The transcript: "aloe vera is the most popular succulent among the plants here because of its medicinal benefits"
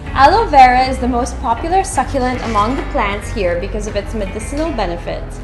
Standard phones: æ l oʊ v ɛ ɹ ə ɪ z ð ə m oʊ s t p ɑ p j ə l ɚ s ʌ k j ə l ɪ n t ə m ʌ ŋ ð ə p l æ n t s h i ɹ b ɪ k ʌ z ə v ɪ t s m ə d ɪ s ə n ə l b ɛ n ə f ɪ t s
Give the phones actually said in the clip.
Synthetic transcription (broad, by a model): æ l oʊ v ɛ ɹ ə ɪ z ð ə m oʊ s t p ɑ p j l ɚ s ʌ k j ə l ɪ n t ə m ʌ ŋ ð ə p l æ n t s h i ɹ b ɪ k ʌ z ə v ɪ t s m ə d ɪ s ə n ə l b ɛ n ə f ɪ t s